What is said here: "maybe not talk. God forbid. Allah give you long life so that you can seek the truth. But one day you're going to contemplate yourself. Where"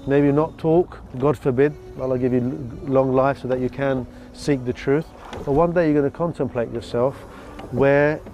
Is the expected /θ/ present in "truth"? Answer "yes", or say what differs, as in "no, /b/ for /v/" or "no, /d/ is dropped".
yes